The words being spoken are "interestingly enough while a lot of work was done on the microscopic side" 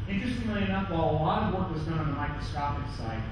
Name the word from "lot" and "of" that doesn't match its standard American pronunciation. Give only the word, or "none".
none